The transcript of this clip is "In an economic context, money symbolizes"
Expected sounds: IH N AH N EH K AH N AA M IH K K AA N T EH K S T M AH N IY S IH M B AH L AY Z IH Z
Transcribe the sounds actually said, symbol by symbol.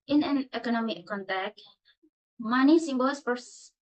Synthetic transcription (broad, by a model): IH N AH N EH K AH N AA M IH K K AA N T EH K T M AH N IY S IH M B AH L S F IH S